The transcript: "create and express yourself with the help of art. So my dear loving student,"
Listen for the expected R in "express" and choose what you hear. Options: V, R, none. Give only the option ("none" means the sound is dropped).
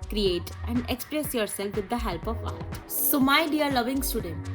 R